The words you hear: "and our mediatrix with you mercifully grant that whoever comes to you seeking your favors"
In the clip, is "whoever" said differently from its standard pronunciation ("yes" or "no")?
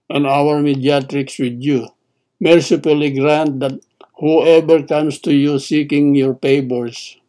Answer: yes